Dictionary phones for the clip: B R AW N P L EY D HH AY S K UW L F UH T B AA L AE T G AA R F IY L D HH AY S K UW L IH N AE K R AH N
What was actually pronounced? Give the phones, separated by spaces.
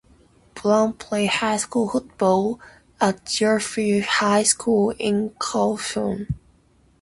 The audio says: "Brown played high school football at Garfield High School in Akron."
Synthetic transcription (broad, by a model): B L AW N P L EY HH AY S K UW L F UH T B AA L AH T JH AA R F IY HH AY S K UW L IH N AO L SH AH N